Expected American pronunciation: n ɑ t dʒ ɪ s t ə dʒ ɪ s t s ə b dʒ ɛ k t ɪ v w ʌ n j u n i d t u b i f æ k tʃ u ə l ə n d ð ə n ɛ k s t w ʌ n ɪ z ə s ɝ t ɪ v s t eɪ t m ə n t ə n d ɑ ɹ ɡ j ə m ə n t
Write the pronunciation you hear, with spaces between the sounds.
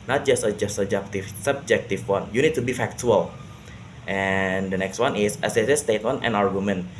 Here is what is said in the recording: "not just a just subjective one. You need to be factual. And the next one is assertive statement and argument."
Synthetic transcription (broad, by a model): n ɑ t dʒ ɪ s t ə dʒ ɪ s t s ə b dʒ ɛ k t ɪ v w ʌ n j u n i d t u b i f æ k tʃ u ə l ə n d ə n ɛ k s t w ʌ n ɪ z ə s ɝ s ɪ s t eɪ t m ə n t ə n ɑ ɹ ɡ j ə m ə n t